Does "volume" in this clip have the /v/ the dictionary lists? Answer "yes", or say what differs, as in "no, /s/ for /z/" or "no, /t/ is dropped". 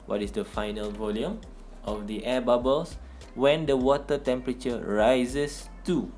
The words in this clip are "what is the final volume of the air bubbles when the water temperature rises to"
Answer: yes